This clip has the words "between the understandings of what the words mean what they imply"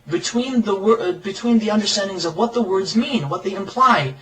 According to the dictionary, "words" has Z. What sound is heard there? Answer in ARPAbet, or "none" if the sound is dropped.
Z